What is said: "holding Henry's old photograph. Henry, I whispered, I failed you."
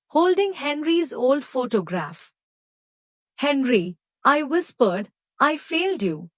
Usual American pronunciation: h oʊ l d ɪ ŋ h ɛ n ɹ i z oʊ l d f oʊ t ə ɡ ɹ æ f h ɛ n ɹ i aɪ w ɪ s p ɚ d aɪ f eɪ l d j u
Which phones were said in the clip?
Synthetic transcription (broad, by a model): h oʊ l d ɪ ŋ h ɛ n ɹ i z oʊ l d f oʊ t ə ɡ ɹ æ f h ɛ n ɹ i aɪ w ɪ s p ɚ d aɪ f eɪ l d j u